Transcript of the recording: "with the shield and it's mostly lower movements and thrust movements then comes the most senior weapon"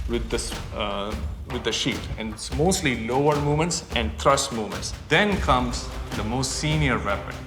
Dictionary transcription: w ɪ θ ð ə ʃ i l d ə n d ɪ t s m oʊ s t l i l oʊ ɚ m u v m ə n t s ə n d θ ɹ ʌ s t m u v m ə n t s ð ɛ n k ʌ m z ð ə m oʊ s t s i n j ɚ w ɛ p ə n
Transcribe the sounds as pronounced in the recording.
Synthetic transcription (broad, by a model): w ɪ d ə s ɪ d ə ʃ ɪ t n m oʊ s t l i l oʊ ɚ m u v m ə n t s ə n d t ɹ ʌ s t m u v m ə n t s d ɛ n k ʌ m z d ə m oʊ s t s i n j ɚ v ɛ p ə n